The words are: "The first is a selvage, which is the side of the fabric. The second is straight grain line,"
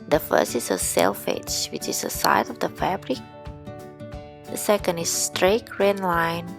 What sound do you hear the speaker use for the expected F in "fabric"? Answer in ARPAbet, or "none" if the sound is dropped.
F